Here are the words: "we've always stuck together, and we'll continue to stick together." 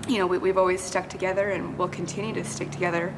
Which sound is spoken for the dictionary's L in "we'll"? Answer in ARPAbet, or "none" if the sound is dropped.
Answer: L